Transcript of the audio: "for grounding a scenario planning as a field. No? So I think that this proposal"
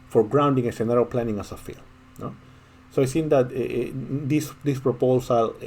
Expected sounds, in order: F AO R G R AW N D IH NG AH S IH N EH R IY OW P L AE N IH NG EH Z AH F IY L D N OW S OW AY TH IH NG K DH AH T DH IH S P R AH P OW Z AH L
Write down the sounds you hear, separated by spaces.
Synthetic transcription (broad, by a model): F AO R G R AW N D IH NG AH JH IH N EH R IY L P L AE N IH NG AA S AH F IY L N OW S OW AY S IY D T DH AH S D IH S P R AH P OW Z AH L